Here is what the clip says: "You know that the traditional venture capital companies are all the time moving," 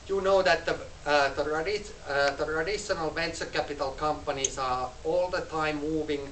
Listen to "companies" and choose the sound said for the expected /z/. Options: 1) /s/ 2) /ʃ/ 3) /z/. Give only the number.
1